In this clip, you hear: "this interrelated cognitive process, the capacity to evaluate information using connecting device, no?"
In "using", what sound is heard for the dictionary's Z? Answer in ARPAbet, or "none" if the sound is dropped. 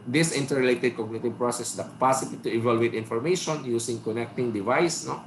S